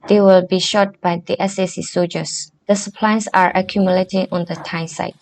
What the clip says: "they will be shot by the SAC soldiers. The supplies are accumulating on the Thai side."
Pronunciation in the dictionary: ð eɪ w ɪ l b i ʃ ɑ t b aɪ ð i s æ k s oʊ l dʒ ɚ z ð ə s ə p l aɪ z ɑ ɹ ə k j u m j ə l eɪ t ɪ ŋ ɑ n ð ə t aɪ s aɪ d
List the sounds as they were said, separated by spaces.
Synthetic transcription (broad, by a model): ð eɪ w ɪ l b i ʃ ɑ t b aɪ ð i s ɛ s s oʊ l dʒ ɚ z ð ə s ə p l aɪ s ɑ ɹ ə k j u m j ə l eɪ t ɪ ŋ ɑ n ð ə t aɪ s aɪ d